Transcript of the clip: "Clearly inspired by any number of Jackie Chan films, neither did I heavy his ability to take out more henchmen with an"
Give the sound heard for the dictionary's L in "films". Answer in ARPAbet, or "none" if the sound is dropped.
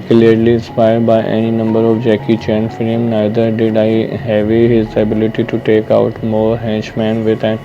none